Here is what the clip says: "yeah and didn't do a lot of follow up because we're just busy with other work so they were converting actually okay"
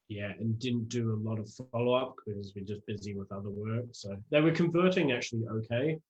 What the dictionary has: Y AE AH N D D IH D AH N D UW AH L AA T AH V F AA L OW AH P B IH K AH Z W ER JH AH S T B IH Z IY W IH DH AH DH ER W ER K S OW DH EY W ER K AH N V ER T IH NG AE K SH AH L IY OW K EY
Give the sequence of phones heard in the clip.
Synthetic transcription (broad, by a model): Y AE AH N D D IH D N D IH AH L AA T AH V F AA L OW AH P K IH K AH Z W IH JH AH S B IH Z IY W IH DH AH DH ER W ER K S OW DH EY W ER K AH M V ER T IH NG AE K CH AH L IY OW K EY